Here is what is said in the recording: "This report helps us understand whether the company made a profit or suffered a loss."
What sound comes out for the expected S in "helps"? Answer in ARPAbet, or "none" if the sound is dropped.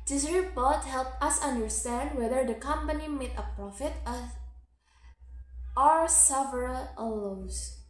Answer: none